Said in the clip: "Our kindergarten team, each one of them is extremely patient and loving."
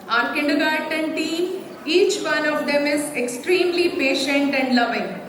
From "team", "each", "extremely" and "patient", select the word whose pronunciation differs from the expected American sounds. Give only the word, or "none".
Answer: team